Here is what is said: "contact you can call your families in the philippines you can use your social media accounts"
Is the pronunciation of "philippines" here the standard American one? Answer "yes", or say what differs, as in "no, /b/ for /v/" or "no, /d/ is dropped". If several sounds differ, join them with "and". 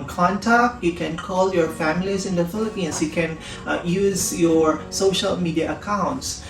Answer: no, /s/ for /z/